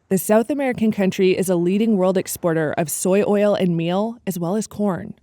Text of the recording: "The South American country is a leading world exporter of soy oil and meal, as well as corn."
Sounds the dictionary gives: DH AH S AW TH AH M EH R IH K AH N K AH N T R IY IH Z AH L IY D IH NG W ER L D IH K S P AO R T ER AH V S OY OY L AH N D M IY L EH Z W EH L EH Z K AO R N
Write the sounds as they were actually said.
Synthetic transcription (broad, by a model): DH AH S AW TH AH M EH R IH K AH N K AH N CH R IY IH Z AH L IY D IH NG W ER L D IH K S P AO R T ER AH V S OY OY L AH N M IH L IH Z W EH L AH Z K AO R N